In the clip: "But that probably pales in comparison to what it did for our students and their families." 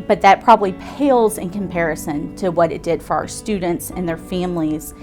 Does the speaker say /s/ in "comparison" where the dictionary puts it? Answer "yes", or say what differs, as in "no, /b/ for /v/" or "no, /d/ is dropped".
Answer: yes